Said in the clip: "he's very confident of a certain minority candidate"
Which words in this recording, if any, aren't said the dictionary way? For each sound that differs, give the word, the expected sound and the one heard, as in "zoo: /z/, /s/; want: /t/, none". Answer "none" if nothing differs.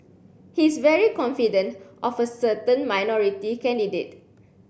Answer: he's: /z/, /s/